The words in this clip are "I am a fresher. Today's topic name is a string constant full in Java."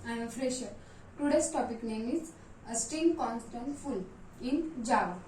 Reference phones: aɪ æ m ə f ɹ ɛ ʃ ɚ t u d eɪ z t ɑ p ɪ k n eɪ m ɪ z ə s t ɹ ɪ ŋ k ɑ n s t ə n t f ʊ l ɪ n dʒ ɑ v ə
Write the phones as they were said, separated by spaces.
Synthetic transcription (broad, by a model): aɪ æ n ə f ɹ ɛ ʃ ɚ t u d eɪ s t ɑ p ɪ k n eɪ m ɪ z ə s t i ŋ k ɑ n s t ə n t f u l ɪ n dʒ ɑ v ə